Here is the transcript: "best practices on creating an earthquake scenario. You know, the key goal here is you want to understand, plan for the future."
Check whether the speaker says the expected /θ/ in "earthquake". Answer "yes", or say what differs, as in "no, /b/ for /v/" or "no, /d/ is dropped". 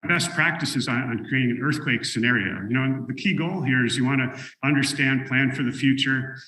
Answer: yes